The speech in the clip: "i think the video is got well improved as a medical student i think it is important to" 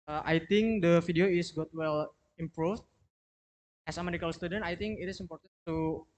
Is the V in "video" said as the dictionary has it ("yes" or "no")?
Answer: no